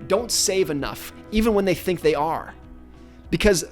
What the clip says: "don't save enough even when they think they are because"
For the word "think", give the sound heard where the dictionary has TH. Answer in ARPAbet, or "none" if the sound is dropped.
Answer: TH